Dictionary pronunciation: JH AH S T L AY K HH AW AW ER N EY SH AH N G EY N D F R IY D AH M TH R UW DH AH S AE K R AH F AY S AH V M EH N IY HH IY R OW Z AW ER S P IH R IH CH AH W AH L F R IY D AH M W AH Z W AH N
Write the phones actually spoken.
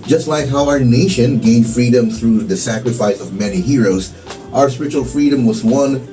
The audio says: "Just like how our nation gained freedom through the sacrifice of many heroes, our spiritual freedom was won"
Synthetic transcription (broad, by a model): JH AH S T L AY K HH AW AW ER N EY SH AH N G EY N D F R IY D AH M TH R UW DH AH S AE K R AH F AY S AH V M EH N IY HH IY R OW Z AW ER S P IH R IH CH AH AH L F R IY D AH M W AH Z W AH N